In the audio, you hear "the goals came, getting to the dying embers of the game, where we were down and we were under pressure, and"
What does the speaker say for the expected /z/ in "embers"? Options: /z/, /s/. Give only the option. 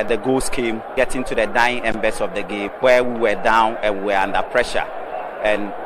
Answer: /s/